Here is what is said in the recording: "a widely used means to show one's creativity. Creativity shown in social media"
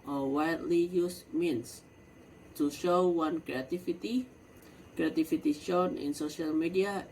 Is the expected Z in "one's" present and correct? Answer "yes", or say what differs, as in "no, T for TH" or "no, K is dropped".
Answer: no, Z is dropped